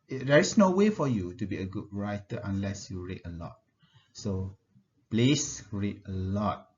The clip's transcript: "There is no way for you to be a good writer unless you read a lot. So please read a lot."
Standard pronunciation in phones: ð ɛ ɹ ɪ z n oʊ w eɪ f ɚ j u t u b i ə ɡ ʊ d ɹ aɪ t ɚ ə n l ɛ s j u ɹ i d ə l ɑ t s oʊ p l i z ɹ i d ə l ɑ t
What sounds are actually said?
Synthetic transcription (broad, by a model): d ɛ ɹ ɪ s n oʊ w eɪ f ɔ j u t u b i ə ɡ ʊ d ɹ aɪ t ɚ ə n l ɛ s j u ɹ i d ə l ɑ t s oʊ p l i s ɹ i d ə l ɑ t